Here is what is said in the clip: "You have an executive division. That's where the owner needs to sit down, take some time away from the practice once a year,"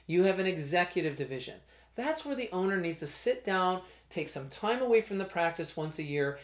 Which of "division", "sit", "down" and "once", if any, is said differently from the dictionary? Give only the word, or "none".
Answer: none